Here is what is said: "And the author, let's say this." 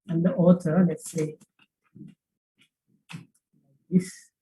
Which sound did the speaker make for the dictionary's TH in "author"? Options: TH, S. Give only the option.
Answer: S